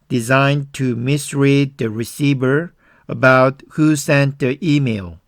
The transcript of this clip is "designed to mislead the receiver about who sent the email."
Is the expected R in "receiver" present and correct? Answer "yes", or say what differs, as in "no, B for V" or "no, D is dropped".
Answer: yes